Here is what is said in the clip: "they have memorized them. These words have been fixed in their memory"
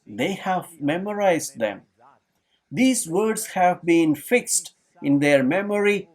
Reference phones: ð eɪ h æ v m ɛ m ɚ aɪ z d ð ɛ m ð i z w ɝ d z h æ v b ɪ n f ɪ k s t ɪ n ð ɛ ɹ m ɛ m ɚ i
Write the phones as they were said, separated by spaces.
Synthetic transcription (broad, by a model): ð eɪ h æ v m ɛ m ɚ aɪ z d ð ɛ m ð i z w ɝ d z h æ v b ɪ n f ɪ k s t ɪ n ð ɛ ɹ m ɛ m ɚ i